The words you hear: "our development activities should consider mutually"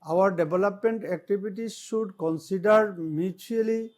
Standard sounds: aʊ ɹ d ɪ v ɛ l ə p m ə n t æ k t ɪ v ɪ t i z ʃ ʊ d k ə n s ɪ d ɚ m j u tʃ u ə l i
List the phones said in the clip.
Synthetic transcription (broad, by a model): aʊ ɹ d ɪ b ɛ l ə p m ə n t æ k t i b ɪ t i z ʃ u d k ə n s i d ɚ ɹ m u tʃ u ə l i